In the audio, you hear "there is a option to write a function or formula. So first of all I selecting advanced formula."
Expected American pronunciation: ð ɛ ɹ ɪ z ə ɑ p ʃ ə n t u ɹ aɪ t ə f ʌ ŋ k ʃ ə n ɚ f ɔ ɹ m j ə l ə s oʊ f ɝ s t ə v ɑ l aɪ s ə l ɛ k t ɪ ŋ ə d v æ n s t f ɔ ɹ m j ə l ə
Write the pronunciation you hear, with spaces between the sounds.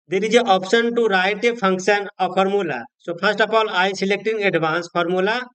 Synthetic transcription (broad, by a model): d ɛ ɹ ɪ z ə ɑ p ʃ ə n t u ɹ aɪ t ə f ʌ ŋ k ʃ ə n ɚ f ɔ ɹ m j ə l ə s oʊ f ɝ s t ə p ɑ l aɪ s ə l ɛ k t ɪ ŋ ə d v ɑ n s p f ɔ ɹ m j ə l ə